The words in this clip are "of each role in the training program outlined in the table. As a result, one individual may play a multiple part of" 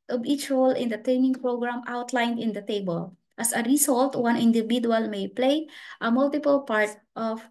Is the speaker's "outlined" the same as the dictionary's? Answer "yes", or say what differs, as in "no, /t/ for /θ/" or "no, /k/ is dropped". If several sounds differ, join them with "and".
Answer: yes